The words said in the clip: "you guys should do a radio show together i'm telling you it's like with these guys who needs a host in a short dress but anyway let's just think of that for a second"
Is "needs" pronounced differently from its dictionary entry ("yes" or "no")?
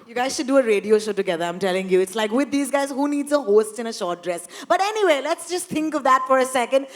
no